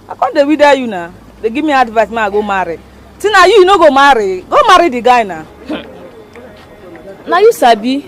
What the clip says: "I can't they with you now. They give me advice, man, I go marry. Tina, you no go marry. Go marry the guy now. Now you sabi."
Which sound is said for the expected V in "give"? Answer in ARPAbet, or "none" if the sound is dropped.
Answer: B